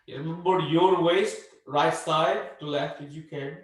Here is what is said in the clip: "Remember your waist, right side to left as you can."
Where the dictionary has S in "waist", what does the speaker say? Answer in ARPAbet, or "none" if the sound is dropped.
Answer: S